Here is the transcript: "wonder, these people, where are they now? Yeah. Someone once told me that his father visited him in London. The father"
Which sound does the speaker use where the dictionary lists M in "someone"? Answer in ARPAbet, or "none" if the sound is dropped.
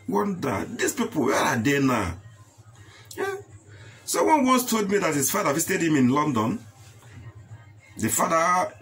none